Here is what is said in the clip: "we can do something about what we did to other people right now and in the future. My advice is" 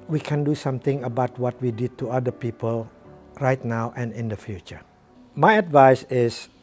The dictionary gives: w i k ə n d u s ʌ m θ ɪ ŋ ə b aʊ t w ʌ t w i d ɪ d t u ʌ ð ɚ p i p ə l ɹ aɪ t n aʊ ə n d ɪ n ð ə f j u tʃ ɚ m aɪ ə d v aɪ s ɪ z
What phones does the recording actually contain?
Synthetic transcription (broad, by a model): w i k ə n d u s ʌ m t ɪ ŋ ə b aʊ t w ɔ t w i d ɪ d t u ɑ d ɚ p i p ə l ɹ aɪ t n aʊ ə n ɪ n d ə f j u tʃ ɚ m aɪ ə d v aɪ s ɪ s